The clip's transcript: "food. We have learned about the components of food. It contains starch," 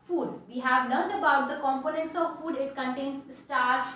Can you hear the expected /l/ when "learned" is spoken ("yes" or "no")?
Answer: no